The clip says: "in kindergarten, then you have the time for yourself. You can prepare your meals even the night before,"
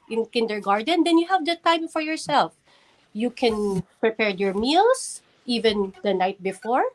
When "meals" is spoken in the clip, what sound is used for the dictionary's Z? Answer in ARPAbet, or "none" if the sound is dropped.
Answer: S